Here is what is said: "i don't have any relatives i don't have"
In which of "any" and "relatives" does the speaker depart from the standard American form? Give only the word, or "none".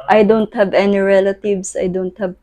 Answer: relatives